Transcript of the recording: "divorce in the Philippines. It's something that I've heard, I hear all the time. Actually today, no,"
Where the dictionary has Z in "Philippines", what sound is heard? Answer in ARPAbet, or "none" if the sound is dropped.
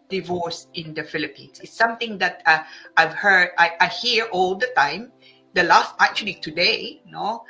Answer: S